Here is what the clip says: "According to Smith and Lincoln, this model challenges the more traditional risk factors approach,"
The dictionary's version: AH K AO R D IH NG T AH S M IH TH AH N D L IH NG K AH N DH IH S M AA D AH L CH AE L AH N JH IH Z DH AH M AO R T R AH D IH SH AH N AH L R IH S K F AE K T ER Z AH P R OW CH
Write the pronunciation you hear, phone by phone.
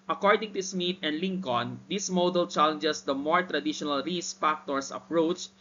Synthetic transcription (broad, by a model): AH K AO R D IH NG T AH S M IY T AH N D L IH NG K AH N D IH S M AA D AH L CH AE L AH N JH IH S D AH M AO R T R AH D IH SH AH N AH L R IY S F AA K T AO S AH P R OW CH